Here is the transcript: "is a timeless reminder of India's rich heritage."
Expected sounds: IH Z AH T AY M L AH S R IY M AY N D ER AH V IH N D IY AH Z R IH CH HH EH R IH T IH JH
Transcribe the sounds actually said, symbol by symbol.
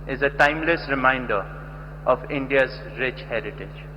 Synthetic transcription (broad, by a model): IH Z AH T AY M L AH S R IY M AY N D ER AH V IH N D IY AH Z R IH CH HH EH R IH T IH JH